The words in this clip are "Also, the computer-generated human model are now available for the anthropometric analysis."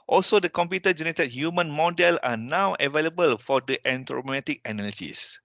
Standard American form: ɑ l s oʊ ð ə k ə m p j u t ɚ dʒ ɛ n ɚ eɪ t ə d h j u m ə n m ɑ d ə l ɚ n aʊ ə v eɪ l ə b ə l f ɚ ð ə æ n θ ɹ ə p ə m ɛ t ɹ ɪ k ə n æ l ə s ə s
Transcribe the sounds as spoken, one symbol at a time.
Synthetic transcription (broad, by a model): ɑ l s oʊ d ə k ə m p j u t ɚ dʒ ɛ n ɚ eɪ t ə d h j u m ə n m ɑ d ə l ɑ n aʊ ə v eɪ l ə b ə l f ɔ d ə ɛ n t ɹ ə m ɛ t ɪ k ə n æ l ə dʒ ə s